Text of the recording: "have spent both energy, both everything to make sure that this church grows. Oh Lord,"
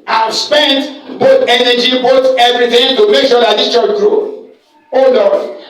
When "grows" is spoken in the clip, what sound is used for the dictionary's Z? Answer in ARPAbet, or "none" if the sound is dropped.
none